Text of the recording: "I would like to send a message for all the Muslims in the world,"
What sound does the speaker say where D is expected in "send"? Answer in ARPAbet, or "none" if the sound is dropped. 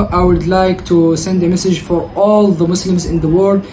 D